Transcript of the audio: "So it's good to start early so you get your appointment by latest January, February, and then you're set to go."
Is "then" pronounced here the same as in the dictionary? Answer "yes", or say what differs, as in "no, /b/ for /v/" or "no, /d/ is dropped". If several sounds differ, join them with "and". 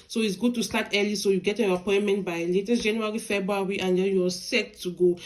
no, /l/ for /n/